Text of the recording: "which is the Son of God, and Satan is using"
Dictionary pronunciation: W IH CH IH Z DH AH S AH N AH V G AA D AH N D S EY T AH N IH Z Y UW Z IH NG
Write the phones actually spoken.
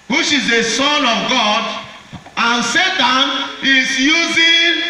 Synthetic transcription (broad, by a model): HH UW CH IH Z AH S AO N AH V G AA D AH N S EY T AH N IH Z Y UW Z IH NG